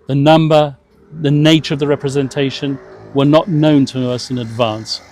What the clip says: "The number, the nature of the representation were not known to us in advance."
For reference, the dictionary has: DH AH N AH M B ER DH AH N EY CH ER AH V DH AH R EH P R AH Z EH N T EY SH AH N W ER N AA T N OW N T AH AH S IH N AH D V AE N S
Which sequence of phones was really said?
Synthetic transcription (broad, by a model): DH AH N AH M B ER DH AH N EY CH ER AH V DH AH R EH P R AH Z EH N T EY SH AH N W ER N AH T N OW N T AH AH S IH N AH D V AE N S